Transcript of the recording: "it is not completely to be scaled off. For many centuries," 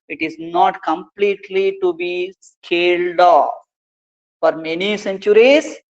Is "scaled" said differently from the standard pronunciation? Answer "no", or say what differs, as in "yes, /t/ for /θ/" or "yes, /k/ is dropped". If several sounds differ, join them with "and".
no